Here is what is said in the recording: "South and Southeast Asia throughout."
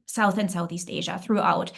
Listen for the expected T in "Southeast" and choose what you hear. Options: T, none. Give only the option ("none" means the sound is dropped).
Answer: T